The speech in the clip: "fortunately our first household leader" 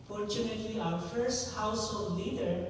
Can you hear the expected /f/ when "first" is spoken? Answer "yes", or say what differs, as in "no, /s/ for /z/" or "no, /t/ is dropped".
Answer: yes